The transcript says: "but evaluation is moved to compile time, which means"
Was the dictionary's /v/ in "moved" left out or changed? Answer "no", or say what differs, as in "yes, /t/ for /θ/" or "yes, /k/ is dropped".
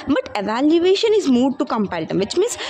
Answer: yes, /v/ is dropped